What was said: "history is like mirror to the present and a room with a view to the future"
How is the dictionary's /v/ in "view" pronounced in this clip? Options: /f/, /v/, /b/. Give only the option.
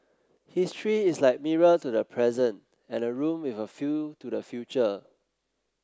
/f/